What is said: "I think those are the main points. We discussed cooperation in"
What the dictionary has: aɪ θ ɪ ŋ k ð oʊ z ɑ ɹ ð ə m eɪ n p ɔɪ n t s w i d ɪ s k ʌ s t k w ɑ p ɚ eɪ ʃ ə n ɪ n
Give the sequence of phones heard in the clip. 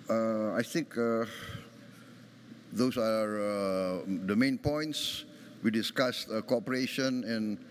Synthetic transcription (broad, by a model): aɪ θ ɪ ŋ k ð oʊ s ɑ ɹ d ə m eɪ n p ɔɪ n t s w i d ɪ s k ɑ s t k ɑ p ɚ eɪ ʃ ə n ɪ n